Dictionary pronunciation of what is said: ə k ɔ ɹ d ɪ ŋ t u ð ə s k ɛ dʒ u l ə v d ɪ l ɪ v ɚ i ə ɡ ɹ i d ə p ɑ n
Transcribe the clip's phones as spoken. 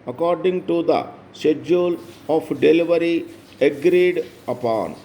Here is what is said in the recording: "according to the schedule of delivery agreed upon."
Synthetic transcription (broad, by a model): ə k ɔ ɹ d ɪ ŋ t u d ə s ɛ dʒ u l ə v d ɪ l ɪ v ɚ i ə ɡ ɹ i d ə p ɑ n